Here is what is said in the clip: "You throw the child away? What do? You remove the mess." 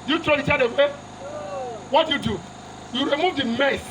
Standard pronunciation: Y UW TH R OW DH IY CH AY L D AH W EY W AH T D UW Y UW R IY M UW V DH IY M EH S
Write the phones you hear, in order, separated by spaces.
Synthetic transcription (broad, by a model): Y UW T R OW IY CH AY D AH W EY W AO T D UW Y UW R IY M UW V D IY M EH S